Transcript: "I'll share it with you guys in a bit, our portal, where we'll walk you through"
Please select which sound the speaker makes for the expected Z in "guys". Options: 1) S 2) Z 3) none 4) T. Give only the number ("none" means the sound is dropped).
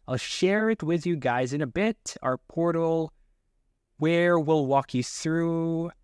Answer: 2